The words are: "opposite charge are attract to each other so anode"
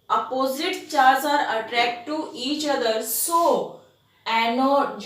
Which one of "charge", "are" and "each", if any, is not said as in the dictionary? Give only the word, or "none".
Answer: charge